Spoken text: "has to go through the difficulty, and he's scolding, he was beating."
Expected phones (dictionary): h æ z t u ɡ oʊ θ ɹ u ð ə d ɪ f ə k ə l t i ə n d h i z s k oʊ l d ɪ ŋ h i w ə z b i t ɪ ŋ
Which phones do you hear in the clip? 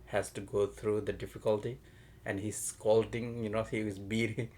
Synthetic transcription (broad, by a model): h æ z t u ɡ oʊ t ɹ u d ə d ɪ f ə k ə l t i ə n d h i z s k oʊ l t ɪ ŋ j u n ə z b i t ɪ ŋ